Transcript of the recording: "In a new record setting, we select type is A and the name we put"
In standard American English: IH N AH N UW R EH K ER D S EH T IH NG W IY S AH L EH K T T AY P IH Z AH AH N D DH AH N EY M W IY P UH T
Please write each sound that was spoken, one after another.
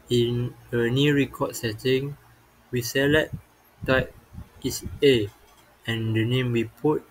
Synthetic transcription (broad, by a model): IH N AH N UW R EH K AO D S EH T IH NG W IY S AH L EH T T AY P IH S AH AH N D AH N EY M W IY P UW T